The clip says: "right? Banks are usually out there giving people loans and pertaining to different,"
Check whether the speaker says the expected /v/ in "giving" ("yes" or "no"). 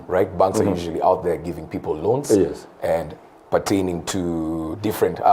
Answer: yes